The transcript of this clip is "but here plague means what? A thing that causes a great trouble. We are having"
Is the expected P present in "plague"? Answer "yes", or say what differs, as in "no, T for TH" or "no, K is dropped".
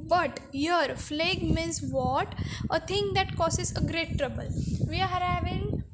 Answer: no, F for P